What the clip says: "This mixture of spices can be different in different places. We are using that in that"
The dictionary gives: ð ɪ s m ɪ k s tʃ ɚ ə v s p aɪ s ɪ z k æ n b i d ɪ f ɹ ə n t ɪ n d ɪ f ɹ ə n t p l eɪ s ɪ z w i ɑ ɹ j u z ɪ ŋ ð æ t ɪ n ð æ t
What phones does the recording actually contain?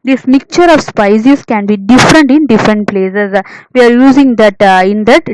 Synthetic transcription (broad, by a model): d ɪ s m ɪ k tʃ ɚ ə v s p aɪ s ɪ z k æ n b i d ɪ f ɹ ə n t ɪ n d ɪ f ɹ ə n t p l eɪ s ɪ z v i ɑ ɹ j u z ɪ ŋ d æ t ɪ n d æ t